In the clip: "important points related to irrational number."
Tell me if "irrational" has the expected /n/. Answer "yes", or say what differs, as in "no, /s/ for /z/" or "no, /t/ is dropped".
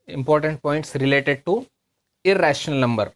yes